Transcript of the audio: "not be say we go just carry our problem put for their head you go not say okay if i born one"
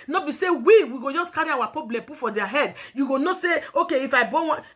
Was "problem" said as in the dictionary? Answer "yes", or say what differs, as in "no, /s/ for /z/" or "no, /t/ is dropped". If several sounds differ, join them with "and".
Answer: no, /ɹ/ is dropped